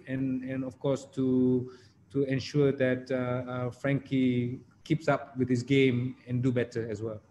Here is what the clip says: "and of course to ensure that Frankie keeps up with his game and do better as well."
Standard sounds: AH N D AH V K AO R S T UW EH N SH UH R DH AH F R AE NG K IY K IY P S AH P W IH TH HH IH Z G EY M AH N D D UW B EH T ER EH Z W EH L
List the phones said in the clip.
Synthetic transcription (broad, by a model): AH N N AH F K AO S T T UW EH N SH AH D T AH F R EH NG K IY K IY P S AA P W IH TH HH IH S G EY M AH N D D UW B EH T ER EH S W EH L